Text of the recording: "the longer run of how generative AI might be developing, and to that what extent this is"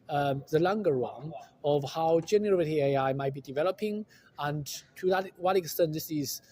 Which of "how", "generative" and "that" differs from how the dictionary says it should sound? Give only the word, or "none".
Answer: generative